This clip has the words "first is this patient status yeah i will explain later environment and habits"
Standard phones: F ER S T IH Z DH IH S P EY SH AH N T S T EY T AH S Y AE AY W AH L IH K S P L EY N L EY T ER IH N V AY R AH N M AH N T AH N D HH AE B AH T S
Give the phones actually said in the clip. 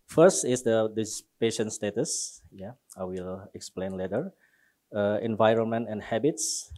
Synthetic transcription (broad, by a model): F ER S T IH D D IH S P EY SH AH N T S T EY T AH S Y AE AY W AH L IH K S P L EY N L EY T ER IH N V AY R AH N M AH N T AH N HH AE B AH T S